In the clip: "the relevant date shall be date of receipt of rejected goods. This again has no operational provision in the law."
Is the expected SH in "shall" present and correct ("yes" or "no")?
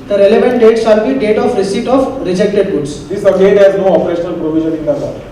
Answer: no